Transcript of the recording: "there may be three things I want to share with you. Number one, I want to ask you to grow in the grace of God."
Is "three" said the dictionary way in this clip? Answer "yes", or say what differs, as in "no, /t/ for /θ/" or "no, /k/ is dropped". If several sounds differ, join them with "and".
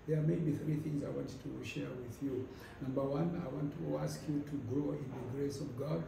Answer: yes